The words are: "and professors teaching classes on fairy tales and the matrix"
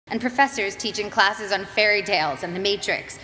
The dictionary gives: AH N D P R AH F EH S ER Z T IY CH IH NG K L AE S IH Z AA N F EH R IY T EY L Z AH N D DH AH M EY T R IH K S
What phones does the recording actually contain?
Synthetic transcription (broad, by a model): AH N P R AH F EH S ER Z T IY CH IH NG K L AE S IH Z N F EH R IY T EY L Z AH N DH AH M EY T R IH K S